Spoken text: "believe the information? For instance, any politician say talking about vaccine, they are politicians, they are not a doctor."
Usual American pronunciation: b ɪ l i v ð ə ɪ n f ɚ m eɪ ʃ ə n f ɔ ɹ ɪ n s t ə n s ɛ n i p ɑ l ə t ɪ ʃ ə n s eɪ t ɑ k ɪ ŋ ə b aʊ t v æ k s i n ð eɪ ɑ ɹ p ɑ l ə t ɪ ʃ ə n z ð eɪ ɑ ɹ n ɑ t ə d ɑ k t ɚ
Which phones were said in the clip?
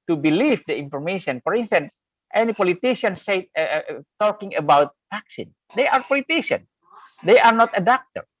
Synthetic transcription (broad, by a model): b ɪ l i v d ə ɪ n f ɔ m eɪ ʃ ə n f ɔ ɹ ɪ n s t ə n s ɛ n i p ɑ l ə t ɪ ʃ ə n s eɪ t ɑ k ɪ ŋ ə b aʊ t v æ k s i n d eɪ ɑ ɹ p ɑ l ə t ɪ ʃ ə n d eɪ ɑ ɹ n ɑ t ə d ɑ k t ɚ